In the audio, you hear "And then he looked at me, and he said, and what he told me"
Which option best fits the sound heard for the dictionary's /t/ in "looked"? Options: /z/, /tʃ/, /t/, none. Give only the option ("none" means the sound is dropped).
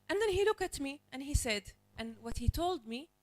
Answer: none